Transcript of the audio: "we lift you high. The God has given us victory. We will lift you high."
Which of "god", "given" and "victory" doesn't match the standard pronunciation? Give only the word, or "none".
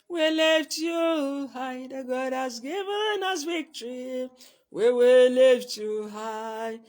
victory